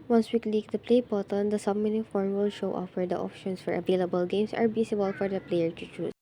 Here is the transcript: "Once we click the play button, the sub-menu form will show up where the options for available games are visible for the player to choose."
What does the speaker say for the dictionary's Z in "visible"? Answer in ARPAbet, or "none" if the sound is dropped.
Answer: S